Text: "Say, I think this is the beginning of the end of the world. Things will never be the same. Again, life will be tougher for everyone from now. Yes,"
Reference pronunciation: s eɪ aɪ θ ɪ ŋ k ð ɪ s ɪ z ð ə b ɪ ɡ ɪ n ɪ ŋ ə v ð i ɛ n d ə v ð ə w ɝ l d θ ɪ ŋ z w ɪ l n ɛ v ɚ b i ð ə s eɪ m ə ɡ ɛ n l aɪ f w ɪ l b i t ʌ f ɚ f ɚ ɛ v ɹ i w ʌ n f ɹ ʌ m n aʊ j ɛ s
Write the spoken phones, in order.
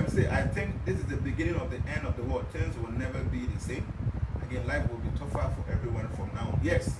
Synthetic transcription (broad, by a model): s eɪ aɪ θ ɪ ŋ k ð ɪ s ɪ z ð ə b ɪ ɡ ɪ n ɪ ŋ ə v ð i ɛ n d ə v ð ə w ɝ d t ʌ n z w ɪ l n ɛ v ɚ b i ð ə s eɪ m ə ɡ ɛ n l aɪ f w ɪ l b i t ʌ f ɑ f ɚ ɛ v ɹ i w ʌ n f ɹ ʌ m n aʊ j ɛ s